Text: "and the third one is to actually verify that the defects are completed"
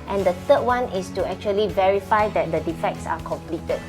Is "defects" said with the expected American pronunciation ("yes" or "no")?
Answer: yes